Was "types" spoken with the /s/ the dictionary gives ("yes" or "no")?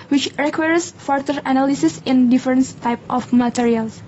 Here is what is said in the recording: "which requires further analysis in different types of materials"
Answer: no